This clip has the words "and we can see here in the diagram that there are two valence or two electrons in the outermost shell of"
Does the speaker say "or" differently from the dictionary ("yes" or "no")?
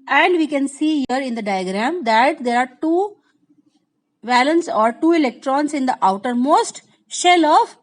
no